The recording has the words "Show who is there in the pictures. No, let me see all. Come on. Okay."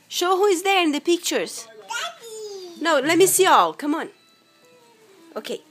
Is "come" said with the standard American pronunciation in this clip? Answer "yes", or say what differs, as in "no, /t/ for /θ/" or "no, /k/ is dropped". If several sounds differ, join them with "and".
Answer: yes